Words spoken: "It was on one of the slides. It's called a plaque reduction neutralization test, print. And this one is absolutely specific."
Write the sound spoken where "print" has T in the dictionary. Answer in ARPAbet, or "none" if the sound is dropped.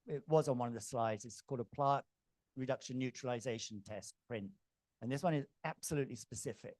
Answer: T